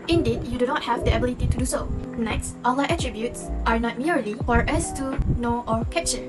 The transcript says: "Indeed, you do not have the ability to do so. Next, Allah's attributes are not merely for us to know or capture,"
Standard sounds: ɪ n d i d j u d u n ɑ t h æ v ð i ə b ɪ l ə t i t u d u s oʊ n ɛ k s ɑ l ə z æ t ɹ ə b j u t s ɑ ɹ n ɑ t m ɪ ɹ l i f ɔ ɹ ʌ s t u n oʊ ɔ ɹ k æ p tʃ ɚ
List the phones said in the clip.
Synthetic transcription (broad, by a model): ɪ n d i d j u d u n ɑ t h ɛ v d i ə b ɪ l ə t i t u d u s oʊ n ɛ k s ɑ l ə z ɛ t ɹ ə b j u t s ɑ ɹ n ɑ t m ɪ ɹ l i f ɔ ɹ ʌ s t u n oʊ ɔ ɹ k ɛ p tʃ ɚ